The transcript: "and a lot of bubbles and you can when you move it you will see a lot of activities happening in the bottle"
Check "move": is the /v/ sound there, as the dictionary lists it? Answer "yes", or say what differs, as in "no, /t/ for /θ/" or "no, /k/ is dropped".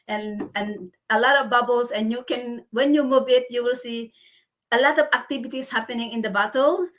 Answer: no, /b/ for /v/